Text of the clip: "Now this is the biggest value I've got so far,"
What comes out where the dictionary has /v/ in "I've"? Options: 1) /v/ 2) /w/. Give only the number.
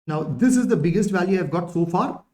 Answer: 1